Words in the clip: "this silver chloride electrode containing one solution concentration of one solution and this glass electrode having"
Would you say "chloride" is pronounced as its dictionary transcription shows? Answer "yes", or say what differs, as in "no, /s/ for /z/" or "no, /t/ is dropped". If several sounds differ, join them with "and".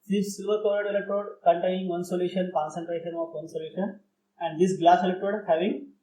no, /l/ is dropped